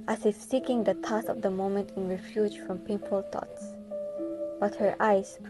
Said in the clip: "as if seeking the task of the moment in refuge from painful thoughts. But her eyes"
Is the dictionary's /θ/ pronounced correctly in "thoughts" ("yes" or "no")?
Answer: no